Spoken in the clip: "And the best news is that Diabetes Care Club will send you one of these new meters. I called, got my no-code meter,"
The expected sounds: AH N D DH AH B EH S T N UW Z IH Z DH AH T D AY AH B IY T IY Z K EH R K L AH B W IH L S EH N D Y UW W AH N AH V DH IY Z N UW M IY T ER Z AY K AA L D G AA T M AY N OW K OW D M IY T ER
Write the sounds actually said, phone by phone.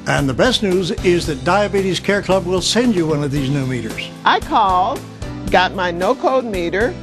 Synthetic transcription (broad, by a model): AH N DH AH B EH S T N UW Z IH Z DH AH T D AY AH B IY T IY Z K EH R K L AH B W IH L S EH N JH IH W AH N AH V DH IY Z N UW M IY T ER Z AY K AA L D G AA T M AY N OW K OW D M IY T ER